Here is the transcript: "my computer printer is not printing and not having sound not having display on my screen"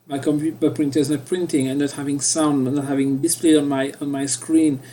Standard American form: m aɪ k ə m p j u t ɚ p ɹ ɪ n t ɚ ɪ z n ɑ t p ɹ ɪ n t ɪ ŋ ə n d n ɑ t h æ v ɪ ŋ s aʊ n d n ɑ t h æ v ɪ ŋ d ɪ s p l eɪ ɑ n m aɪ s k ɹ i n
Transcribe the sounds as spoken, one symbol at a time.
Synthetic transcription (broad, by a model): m aɪ k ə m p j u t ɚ p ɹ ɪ n t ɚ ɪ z n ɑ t p ɹ ɪ n t ɪ ŋ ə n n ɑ t h æ v ɪ ŋ s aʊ n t n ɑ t h æ v ɪ ŋ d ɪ s p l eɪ ɑ n m aɪ s k ɹ i n